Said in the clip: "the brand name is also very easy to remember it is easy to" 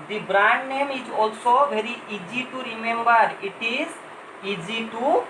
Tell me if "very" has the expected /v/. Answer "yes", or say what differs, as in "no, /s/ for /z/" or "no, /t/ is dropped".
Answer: no, /b/ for /v/